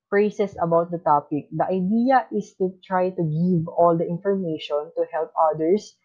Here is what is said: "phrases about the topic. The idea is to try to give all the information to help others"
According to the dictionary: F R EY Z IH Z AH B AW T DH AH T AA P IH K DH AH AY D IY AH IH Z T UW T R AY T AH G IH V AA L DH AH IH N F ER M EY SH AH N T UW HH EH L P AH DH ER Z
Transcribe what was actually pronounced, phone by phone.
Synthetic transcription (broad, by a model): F R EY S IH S AH B AW T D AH T AA P IH K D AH AY D IY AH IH S T UW T R AY T AH G IH V AA L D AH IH N F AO M EY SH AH N T UW HH EH L P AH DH ER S